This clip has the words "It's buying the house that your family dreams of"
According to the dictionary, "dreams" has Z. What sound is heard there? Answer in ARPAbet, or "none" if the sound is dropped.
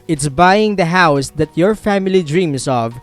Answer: S